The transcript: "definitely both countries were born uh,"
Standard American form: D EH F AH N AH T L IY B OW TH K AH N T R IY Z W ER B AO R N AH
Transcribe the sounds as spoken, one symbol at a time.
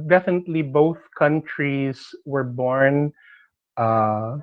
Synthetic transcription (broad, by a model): D EH F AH N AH T L IY B OW TH K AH N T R IY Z W ER B AO R N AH